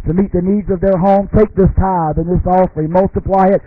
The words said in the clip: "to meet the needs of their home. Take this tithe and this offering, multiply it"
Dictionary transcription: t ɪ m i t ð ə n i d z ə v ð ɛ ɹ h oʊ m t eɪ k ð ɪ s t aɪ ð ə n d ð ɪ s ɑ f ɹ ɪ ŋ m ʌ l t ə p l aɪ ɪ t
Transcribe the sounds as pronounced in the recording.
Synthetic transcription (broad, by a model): t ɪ m i t ð ə n i d z ə v ð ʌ ɹ h oʊ m t eɪ k ð ɪ s t aɪ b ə n ð ɪ s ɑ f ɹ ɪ m ʌ l t ə p l aɪ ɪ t